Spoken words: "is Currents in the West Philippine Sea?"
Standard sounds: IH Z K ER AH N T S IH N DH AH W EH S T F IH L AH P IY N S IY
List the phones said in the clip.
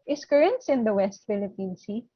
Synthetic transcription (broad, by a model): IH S K ER AH N T S IH N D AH W EH S T F IH L AH P IY N S IY